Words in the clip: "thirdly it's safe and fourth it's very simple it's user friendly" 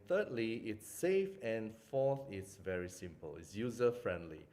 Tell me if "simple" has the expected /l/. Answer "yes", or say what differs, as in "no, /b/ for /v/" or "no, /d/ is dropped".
yes